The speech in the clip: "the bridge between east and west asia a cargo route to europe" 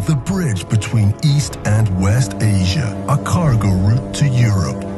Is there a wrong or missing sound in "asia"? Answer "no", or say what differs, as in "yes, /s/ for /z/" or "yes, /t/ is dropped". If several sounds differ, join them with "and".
no